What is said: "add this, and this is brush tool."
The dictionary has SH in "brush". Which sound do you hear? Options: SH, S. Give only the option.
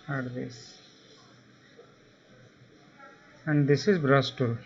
S